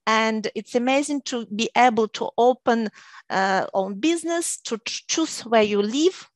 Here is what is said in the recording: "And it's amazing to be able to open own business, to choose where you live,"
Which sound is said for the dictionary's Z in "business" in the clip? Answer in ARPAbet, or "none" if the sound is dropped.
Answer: Z